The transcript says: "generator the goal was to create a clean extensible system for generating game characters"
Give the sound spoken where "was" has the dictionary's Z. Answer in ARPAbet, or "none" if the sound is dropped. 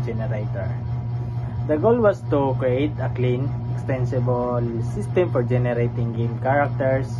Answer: S